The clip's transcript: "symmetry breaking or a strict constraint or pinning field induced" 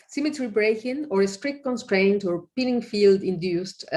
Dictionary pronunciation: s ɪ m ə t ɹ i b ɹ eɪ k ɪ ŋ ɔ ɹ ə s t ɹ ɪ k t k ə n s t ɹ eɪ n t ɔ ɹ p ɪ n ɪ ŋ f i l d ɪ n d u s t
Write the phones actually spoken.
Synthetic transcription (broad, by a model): s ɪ m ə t ɹ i b ɹ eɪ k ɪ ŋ ɔ ɹ ə s t ɹ ɪ k t k ə n s t ɹ eɪ n t ɔ ɹ p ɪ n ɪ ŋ f i l d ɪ n d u s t